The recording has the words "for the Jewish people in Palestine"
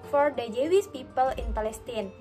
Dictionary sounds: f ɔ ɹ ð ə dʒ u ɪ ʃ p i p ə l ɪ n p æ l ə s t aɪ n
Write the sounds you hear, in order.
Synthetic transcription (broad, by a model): f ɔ ɹ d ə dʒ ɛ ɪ s p i p ə l ɪ n p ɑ l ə s t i n